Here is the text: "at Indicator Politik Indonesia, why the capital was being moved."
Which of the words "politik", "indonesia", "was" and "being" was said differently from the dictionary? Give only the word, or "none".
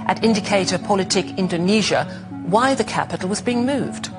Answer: none